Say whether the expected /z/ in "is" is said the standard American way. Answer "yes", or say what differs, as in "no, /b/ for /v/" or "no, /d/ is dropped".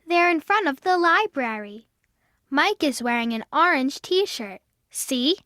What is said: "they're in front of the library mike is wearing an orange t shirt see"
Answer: yes